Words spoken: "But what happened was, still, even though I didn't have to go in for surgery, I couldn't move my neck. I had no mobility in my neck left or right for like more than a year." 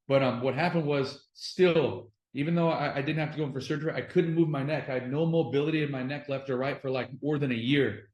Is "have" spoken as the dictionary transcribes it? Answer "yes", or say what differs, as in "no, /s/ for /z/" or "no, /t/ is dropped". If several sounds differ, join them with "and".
no, /f/ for /v/